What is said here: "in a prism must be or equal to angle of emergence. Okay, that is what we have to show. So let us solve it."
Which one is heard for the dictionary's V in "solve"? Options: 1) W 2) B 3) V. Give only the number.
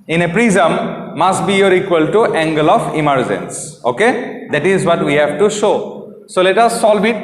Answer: 2